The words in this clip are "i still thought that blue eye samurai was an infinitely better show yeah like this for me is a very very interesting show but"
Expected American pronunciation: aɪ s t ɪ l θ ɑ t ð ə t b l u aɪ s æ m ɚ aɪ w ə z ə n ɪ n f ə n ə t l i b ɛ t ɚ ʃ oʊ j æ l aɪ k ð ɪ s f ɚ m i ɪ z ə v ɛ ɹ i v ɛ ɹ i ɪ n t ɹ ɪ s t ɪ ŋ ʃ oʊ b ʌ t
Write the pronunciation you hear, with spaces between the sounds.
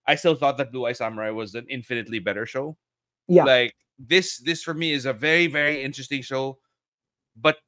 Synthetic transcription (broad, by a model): aɪ s t ɪ l θ ɑ t ð ə t b l u aɪ s æ m ɚ aɪ w ə z ə n ɪ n f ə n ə t l i b ɛ t ɚ ʃ oʊ j æ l aɪ k ð ɪ s f ɚ m i ɪ z ə v ɛ ɹ i v ɛ ɹ i ɪ n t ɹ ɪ s t ɪ ŋ ʃ oʊ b ʌ t